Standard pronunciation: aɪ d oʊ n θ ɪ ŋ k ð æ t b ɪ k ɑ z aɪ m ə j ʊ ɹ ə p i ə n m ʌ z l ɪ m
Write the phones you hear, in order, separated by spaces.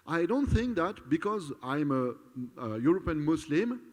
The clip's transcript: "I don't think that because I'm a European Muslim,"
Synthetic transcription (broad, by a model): aɪ d oʊ n θ ɪ ŋ k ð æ t b ɪ k ɑ z aɪ m ə j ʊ ɹ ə p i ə n m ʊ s l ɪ m